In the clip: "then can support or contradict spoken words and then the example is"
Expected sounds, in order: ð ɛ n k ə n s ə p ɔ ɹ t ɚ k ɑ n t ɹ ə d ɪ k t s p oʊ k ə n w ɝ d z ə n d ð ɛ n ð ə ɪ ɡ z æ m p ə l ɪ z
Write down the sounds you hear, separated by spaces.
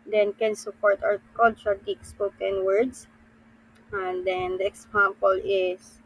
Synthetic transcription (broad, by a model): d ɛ n k ə n s ə p ɔ ɹ t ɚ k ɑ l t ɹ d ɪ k s p oʊ k ə n w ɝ d s ə n d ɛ n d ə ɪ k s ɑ m p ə l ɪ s